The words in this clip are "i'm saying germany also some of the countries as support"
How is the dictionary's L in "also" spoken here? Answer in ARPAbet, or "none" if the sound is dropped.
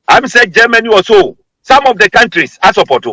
none